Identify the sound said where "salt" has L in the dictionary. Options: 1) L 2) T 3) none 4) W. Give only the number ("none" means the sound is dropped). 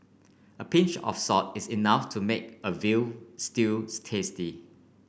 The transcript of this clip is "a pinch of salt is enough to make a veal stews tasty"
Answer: 3